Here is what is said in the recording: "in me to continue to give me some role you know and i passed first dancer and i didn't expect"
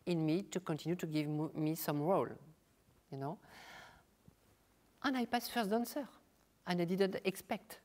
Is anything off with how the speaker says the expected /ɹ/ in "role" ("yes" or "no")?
no